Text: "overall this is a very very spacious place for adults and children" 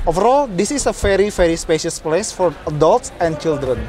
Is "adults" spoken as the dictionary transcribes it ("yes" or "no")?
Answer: yes